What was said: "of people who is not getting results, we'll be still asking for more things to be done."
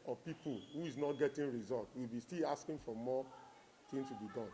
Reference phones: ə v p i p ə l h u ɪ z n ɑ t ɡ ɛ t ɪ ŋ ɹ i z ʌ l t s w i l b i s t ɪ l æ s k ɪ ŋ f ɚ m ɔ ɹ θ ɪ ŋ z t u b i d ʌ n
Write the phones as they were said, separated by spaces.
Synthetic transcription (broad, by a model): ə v p i p ə l h u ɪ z n ɑ t ɡ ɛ t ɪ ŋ ɹ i z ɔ l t w i l b i s t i l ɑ s k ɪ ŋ f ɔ m ɔ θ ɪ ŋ s t u b i d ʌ n